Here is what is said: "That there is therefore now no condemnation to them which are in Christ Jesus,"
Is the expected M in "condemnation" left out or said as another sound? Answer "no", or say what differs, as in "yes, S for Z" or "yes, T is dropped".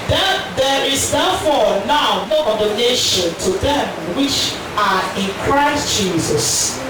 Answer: yes, M is dropped